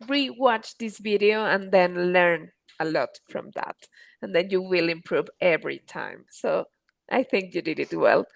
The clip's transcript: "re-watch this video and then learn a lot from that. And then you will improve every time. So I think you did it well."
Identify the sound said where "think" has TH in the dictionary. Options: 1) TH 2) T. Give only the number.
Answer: 1